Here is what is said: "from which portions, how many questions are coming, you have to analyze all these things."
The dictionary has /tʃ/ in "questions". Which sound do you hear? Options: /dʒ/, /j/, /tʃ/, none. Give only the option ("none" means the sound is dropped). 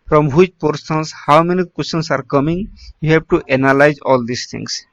none